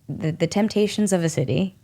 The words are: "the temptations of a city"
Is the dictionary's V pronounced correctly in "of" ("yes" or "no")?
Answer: yes